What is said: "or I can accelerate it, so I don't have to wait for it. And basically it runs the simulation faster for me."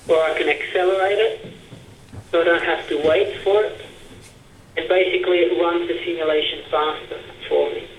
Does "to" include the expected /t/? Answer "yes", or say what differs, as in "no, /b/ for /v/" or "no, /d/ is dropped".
yes